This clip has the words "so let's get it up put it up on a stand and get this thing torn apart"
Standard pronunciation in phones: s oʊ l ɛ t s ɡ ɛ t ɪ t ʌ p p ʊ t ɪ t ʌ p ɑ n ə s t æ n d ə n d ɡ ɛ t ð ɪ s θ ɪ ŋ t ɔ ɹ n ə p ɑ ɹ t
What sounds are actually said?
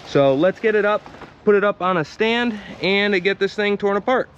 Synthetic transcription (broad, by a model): s oʊ l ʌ t s ɡ ɛ t ɪ t ʌ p p ʊ t ɪ t ʌ p n ə s t æ n d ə n ɡ ɛ t ð ɪ s θ ɪ ŋ t ɔ ɹ n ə p ɑ ɹ t